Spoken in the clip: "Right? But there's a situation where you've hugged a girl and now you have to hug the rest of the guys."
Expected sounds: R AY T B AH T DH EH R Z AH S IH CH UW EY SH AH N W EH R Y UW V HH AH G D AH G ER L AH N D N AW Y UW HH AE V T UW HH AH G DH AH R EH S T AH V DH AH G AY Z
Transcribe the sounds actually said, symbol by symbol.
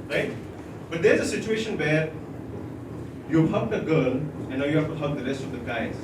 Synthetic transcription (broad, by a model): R AY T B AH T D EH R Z AH S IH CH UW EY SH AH N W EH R Y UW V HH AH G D AH G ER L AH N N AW Y UW HH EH F T UW HH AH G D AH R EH S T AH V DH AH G AY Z